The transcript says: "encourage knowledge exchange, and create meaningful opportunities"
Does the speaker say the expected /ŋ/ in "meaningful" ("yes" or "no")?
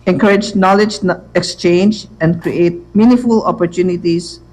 no